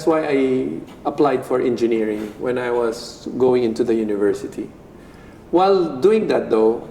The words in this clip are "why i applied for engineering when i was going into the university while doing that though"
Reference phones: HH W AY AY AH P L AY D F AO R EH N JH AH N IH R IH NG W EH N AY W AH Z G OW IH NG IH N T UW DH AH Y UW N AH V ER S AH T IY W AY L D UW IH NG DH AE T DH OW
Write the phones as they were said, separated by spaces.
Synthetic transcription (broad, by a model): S W AY AY AH P L AY D F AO R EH N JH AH N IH R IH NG W EH N AY W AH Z G OW IH NG IH N T UW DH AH Y UW N AH V ER S AH T IY W AY L D UW IH NG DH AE T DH OW